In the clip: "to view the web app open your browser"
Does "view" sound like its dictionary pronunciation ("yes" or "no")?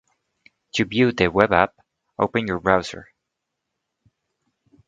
no